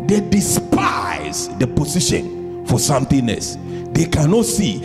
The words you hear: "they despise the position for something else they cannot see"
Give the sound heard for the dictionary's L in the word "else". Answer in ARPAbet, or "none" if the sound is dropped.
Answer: none